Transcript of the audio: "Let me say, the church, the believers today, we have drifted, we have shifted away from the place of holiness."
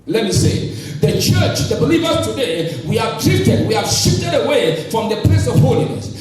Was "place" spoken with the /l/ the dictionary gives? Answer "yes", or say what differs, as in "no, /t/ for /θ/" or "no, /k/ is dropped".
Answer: no, /l/ is dropped